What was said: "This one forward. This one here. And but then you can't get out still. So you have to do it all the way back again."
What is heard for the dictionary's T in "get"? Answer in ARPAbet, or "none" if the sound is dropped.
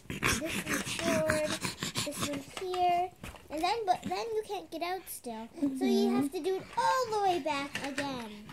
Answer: T